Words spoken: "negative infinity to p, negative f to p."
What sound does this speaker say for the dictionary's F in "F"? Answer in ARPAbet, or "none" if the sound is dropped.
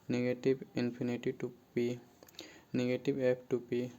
P